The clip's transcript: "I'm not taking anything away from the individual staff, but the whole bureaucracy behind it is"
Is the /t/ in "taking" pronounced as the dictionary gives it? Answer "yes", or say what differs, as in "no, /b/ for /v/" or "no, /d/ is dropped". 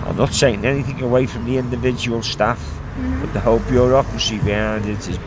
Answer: no, /s/ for /t/